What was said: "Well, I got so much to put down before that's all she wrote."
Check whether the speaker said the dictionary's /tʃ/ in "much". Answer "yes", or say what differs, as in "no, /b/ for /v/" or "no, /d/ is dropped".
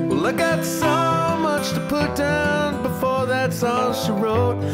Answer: yes